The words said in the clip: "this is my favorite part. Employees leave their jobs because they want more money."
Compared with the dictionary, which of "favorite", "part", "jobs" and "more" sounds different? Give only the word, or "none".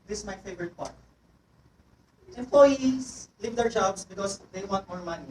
jobs